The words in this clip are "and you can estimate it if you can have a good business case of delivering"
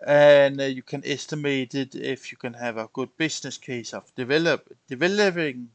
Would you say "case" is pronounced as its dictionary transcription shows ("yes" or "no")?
yes